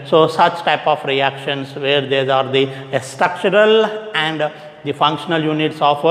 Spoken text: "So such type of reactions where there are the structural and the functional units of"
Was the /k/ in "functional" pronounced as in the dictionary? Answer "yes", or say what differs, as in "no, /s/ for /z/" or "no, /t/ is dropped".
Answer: yes